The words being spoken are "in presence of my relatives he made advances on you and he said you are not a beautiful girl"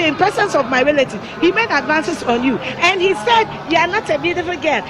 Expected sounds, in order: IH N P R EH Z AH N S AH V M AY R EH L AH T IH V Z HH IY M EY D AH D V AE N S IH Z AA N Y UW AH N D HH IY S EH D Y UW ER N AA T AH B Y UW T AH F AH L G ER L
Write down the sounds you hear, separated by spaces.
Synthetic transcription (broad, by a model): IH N P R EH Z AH N S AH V M AY R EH L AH T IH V HH IY M EY D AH D V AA N S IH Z AA N Y UW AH N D HH IY S EH D Y UW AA N AA T AH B Y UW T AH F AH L G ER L